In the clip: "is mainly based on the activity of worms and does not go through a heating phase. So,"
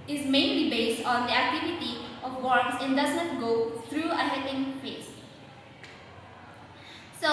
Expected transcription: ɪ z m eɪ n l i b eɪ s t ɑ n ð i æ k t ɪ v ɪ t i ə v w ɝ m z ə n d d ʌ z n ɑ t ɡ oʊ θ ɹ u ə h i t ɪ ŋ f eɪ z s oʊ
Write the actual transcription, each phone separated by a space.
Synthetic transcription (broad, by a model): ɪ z m eɪ n l i b eɪ s t ɑ n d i æ k t ɪ v ɪ t i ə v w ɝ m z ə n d d ʌ z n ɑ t ɡ oʊ t ɹ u ə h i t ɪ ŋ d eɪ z s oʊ